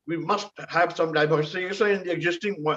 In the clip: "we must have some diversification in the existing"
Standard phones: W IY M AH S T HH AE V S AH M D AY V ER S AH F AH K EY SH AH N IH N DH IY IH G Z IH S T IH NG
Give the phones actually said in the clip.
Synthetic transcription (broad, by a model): W IY M AH S T HH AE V S AH M D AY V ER S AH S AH EY S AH IH N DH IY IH G Z IH S T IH NG